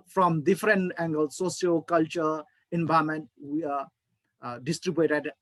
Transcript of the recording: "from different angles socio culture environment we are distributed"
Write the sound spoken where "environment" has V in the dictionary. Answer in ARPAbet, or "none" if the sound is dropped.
B